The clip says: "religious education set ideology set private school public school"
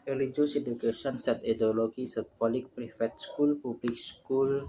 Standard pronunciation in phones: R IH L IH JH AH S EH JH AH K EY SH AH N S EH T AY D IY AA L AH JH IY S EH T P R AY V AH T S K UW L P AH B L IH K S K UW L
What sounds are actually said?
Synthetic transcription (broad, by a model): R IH L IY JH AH S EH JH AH K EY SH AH N S EH T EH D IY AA L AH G IY S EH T P R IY F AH T S K UW L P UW B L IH K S K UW L